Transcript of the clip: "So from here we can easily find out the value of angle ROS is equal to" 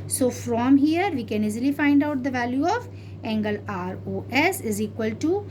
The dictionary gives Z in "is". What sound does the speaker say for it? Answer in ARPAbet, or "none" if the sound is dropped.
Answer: Z